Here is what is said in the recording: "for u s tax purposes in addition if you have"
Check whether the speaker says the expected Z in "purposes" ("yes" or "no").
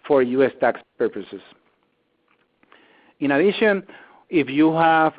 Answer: no